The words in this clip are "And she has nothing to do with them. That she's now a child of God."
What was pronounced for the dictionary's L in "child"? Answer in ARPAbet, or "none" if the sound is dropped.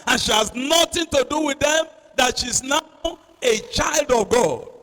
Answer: L